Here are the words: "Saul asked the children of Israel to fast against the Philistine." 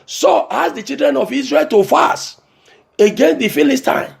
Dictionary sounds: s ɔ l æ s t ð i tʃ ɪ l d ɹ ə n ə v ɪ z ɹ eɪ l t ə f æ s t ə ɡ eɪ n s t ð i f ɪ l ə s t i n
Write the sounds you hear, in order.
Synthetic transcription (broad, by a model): s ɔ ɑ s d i tʃ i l d ɹ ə n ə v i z ɹ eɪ l t ə f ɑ s ə ɡ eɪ n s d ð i f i l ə s t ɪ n